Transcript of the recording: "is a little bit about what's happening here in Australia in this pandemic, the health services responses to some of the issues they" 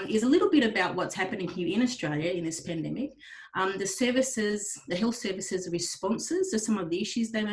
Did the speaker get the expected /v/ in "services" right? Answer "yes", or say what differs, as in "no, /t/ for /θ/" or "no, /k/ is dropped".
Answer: yes